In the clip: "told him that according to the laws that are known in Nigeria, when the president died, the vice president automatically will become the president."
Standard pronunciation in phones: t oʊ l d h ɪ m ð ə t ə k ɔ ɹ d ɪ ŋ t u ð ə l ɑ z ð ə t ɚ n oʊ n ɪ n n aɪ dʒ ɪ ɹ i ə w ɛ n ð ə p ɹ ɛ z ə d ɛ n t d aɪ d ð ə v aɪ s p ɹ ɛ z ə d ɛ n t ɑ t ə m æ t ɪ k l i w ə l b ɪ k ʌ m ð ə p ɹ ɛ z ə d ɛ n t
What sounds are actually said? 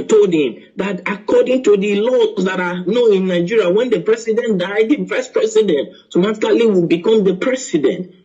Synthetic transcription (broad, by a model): t oʊ l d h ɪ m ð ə t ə k ɔ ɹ d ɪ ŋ t u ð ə l ɑ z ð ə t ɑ n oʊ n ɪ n n aɪ dʒ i ɹ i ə w ɛ n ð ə p ɹ ɛ s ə d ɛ n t d aɪ d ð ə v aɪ s p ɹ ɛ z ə d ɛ n t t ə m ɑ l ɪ l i w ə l b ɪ k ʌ m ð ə p ɹ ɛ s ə d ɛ n t